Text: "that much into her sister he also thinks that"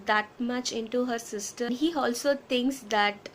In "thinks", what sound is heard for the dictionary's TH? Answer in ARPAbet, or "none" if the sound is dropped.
T